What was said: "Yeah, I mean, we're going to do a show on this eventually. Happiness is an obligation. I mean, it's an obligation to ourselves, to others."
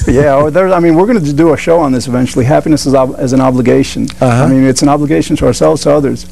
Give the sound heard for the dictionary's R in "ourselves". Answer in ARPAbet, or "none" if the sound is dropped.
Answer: R